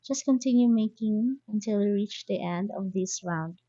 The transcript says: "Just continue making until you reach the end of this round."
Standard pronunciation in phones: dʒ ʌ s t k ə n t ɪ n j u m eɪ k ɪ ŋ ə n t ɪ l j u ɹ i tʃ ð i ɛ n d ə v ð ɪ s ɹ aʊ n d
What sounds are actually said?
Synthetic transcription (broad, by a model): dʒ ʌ s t k ə n t ɪ n j u m eɪ k ɪ ŋ ə n t ɪ l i ɹ i tʃ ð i ɛ n d ə v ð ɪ s ɹ aʊ n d